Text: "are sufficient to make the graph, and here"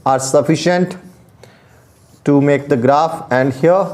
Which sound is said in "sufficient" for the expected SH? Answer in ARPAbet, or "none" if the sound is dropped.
SH